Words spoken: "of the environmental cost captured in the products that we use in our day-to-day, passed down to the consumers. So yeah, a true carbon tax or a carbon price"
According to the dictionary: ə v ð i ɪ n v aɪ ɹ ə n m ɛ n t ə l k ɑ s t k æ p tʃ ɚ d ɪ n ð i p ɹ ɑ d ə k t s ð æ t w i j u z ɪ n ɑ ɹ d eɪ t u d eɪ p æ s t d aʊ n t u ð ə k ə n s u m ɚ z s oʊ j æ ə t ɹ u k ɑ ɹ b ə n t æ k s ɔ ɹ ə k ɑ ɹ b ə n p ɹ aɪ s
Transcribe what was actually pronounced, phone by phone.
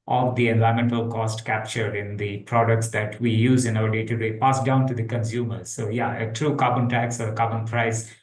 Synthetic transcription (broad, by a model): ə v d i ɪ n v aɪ ə m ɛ n t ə l k ɑ s t k æ p tʃ ɚ d ɪ n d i p ɹ ɑ d ə k t s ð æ t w i j u z ɪ n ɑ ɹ d eɪ t u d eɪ p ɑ s d aʊ n t u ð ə k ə n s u m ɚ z s oʊ j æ ə t ɹ u k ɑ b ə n t æ k s ɔ ɹ ə k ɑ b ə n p ɹ aɪ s